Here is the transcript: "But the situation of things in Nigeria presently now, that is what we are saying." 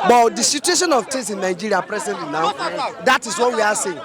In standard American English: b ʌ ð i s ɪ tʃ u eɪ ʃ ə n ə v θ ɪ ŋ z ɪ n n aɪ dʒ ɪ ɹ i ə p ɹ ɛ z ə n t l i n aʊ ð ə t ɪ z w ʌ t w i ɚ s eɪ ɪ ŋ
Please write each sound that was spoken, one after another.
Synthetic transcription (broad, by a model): b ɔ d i s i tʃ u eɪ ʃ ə n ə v t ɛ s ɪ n n aɪ dʒ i ɹ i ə p ɹ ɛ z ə n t l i n aʊ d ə t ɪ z w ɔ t w i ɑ s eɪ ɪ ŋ